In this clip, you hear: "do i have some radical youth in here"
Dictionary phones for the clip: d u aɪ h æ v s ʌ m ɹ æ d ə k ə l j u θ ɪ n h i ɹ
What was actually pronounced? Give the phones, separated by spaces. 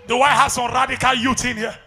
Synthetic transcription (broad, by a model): d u aɪ h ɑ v s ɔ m ɹ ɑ d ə k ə l j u t ɪ n h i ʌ